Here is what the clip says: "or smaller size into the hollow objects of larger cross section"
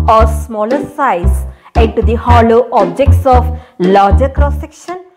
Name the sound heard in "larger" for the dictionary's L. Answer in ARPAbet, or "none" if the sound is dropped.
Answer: L